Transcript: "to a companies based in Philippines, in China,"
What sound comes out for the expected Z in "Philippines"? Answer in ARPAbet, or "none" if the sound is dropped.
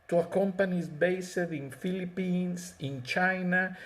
S